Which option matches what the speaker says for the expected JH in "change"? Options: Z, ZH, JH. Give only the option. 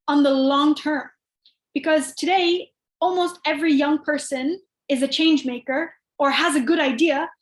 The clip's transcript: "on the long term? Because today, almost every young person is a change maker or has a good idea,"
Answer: JH